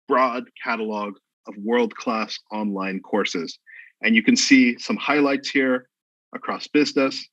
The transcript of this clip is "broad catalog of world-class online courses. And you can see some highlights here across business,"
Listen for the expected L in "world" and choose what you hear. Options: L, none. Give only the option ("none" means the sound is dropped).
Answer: L